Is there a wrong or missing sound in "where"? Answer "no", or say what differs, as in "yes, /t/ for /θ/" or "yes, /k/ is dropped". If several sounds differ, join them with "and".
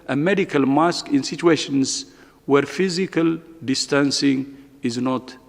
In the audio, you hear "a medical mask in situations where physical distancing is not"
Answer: no